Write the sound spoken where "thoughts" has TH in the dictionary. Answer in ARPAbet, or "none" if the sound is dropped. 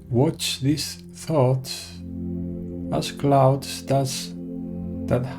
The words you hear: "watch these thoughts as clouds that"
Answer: TH